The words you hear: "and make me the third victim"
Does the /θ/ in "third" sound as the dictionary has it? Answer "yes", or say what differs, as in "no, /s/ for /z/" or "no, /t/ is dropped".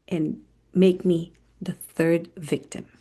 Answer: yes